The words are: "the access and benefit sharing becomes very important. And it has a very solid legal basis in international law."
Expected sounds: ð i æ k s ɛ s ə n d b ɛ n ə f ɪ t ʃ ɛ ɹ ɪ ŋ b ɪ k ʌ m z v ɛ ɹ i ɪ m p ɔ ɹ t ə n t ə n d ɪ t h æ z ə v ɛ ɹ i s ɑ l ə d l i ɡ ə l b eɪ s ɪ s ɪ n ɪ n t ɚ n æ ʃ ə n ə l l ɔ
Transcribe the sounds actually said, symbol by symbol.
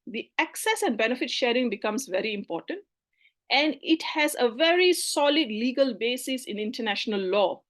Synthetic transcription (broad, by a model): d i æ k s ɛ s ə n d b ɛ n ə f ɪ t ʃ ɛ ɹ ɪ ŋ b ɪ k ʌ m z v ɛ ɹ i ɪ m p ɔ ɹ t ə n t ə n d ɪ t h æ z ə v ɛ ɹ i s ɑ l ə d l i ɡ ə l b eɪ s ɪ s ɪ n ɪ n t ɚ n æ ʃ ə n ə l l ɔ